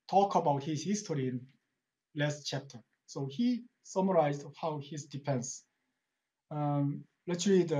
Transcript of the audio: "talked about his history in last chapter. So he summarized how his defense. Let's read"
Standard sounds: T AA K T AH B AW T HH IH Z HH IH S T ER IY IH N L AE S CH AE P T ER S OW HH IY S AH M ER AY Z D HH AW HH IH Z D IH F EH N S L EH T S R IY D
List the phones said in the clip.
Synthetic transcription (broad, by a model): T AA K AH B AW T HH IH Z HH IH S T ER IY IH N L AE S CH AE P T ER S OW HH IY S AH M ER AY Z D HH AW HH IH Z D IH P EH N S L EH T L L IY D